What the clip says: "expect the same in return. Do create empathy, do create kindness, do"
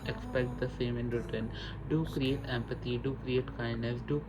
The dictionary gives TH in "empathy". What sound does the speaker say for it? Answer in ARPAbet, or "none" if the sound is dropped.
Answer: T